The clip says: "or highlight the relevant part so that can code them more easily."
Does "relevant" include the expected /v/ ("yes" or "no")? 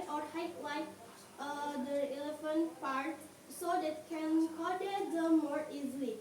no